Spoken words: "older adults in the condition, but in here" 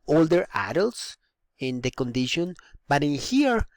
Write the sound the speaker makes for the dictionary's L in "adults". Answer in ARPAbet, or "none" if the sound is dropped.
L